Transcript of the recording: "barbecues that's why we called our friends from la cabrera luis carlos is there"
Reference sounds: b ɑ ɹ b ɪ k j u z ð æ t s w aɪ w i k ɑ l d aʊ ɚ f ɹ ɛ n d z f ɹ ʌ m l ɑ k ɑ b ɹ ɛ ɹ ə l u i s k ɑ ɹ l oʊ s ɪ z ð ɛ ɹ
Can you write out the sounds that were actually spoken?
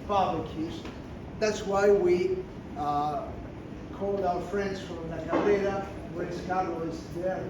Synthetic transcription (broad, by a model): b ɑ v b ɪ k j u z ð æ t s w aɪ w i k ɑ l d aʊ ɚ f ɹ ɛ n d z f ɹ ʌ m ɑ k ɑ ɹ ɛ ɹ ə w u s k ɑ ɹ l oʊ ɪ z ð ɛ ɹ